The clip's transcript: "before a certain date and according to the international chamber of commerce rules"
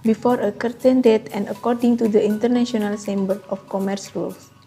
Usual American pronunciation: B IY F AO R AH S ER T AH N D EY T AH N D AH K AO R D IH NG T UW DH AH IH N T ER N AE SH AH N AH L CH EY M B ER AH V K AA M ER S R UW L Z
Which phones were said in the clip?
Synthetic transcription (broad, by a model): B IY F AO R AH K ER T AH N D EY T AH N D AH K AO R D IH NG T UW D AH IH N T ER N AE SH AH N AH L S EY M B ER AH F K AA M ER S R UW L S